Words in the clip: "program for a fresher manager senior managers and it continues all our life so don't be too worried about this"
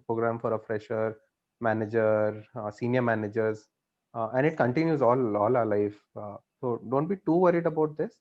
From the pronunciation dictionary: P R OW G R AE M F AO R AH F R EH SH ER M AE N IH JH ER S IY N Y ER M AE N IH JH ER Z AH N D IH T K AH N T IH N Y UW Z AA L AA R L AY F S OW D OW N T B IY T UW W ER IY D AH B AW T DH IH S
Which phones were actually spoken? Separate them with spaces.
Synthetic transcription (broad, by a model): P R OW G R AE M F AO R AH F R EH SH ER M AE N IH JH ER S IY N Y ER M AE N IH JH ER Z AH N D IH T K AH N T IH N Y UW Z AA L AA L L AY F S OW D OW N T B IY T UW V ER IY D AH B AW T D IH S